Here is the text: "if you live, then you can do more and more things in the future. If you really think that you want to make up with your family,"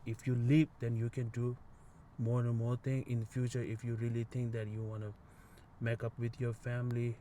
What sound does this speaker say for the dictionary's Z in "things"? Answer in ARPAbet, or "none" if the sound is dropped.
none